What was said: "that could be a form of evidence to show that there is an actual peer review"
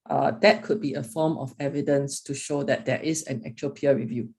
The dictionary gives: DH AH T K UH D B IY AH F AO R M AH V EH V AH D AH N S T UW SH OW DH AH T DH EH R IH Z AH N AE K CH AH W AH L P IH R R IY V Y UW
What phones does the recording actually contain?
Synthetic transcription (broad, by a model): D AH T K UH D B IY AH F AO M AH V EH V AH D AH N S T UW SH OW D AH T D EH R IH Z AH N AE K CH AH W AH L P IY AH R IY V Y UW